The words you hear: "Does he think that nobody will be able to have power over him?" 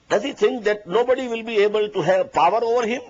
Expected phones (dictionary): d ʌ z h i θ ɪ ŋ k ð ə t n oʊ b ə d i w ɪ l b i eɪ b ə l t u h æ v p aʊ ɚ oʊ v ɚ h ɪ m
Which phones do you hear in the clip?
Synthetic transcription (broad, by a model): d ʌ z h i t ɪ ŋ k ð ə t n oʊ b ə d i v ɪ l b i eɪ b ə l t u h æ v p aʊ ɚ oʊ v ɚ h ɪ m